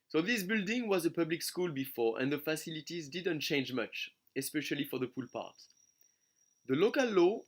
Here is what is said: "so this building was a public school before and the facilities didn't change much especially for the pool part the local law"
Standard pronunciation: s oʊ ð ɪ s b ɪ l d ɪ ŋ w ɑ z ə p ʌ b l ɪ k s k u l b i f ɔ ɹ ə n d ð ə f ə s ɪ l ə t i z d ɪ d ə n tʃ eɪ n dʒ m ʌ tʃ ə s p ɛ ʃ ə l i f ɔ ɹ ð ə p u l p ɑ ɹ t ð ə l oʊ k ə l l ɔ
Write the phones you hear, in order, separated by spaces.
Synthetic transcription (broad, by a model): s oʊ ð ɪ s b ɪ l d ɪ ŋ w ɑ z ə p ʌ b l ɪ k s k u l b i f ɔ ɹ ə n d ð ə f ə s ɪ l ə t i z d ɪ d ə n tʃ eɪ n dʒ m ʌ tʃ ə s p ɛ ʃ ə l i f ɔ ɹ ð ə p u l p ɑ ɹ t ð ə l oʊ k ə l l ɔ